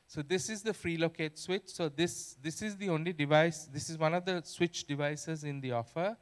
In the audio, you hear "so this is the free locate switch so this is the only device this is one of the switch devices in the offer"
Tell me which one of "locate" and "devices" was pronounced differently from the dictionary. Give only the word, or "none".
none